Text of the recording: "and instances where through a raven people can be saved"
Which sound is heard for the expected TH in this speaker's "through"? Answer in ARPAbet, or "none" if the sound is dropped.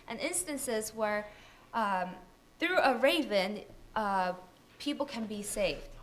TH